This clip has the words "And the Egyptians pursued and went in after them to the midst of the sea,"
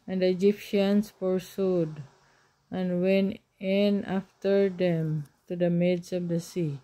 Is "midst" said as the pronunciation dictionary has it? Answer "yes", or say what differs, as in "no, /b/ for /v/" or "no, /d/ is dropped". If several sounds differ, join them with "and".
no, /t/ is dropped